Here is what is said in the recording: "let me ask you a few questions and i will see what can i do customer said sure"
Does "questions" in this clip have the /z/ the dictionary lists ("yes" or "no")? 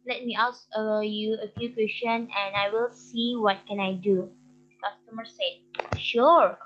no